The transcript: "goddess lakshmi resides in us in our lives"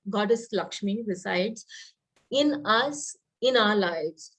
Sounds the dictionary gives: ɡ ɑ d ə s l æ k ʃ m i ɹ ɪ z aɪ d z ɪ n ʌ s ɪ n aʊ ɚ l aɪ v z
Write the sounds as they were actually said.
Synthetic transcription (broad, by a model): ɡ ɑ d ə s l æ k ʃ m i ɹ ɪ s aɪ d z ɪ n ʌ s ɪ n aʊ ɚ l aɪ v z